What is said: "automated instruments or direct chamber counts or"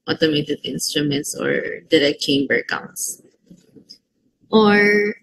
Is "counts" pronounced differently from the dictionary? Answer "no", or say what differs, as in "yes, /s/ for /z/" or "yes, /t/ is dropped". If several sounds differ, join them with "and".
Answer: yes, /s/ is dropped